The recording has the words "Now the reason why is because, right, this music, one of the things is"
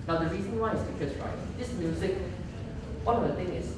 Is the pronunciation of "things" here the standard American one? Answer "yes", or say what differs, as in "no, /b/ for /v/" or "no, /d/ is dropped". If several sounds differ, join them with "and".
no, /t/ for /θ/ and /z/ is dropped